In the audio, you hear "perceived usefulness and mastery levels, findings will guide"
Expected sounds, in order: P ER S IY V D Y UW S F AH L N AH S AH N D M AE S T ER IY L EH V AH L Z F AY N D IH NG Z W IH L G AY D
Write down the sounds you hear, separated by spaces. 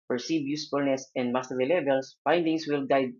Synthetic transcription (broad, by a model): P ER S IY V Y UW S F AH L N AH S AH N D M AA S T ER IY L EH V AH L S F AY N D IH NG S W IH L G AY D